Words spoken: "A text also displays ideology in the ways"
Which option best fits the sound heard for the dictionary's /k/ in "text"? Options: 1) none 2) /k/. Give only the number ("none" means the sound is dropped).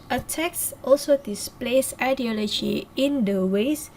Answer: 2